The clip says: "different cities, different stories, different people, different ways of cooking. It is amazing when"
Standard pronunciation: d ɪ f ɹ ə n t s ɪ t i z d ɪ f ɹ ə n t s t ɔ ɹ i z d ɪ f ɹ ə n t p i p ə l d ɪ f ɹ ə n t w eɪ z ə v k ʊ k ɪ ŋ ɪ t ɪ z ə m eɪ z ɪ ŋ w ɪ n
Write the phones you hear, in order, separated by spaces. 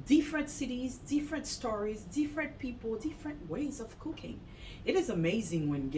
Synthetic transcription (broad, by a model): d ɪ f ɹ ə n t s ɪ t i z d ɪ f ɹ ə n t s t ɔ ɹ i z d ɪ f ɹ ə n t p i p l d ɪ f ɹ ə n t w eɪ z ə v k ʊ k ɪ ŋ ɪ t ɪ z ə m eɪ z ɪ ŋ w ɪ n